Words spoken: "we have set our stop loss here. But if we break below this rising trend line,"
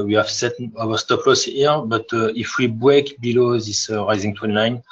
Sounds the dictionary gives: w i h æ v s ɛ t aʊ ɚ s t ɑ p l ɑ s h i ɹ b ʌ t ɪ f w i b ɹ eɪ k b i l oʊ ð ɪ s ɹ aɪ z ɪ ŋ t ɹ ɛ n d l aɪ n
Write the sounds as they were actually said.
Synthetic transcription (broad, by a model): w i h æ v s ɛ t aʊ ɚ s t ɑ p l ɑ s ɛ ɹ b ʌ t ɪ f w i b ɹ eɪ k b i l oʊ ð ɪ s ɹ aɪ z ɪ ŋ t w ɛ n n aɪ n